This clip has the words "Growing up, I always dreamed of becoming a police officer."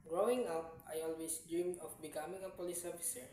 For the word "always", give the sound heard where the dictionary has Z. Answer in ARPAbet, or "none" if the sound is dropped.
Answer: S